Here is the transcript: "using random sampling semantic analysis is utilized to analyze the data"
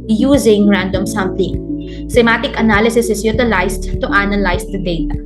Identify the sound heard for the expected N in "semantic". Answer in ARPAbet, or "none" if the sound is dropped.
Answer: none